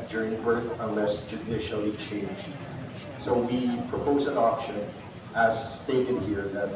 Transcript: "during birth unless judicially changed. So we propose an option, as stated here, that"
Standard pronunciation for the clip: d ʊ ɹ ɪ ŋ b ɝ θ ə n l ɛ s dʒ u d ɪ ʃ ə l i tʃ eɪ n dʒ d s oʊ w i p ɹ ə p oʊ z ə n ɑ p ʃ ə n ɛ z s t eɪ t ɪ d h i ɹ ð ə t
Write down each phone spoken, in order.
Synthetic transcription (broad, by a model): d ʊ ɹ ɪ ŋ b ɝ θ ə n l ɛ s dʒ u d ɪ ʃ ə l i tʃ eɪ n dʒ d s oʊ w i p ɹ ə p oʊ z ə n ɑ p ʃ ə n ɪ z s t eɪ t ɪ d h i ɹ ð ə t